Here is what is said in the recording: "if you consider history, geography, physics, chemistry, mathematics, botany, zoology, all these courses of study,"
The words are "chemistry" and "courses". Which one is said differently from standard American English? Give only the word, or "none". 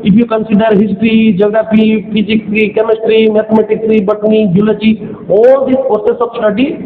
courses